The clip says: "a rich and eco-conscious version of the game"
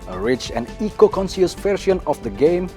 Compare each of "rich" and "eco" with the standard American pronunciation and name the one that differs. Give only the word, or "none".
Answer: none